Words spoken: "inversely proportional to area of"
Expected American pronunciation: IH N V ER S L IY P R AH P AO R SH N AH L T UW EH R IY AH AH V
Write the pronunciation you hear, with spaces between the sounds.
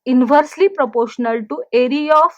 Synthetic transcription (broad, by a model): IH N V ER S L IY P R AH P AO R SH N AH L T UW EH R IY AH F